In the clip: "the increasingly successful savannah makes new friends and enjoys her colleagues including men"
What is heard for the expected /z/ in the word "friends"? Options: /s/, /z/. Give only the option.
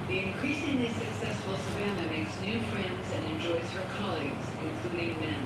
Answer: /z/